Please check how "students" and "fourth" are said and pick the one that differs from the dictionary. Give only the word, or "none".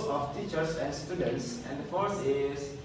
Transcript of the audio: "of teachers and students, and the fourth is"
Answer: fourth